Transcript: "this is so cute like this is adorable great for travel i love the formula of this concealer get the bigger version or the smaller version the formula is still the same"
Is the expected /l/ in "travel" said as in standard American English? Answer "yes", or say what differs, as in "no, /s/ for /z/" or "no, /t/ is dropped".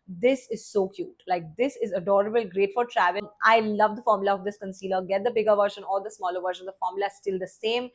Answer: no, /n/ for /l/